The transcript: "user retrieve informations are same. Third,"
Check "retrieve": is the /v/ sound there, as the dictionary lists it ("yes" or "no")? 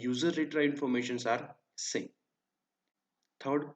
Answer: no